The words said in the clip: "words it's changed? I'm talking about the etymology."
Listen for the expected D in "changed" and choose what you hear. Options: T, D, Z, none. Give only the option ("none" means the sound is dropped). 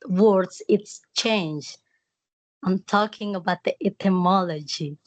none